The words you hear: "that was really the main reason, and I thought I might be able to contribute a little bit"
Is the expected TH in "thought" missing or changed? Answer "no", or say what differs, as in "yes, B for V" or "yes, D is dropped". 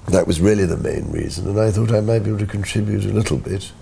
no